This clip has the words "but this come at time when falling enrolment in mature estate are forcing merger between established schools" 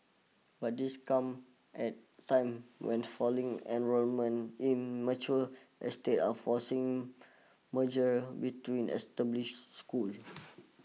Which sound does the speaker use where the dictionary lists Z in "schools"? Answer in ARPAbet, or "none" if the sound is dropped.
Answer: none